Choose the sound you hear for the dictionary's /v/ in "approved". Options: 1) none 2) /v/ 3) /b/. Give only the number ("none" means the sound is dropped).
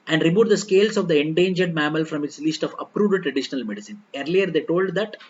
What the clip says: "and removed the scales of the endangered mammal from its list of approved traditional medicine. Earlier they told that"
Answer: 1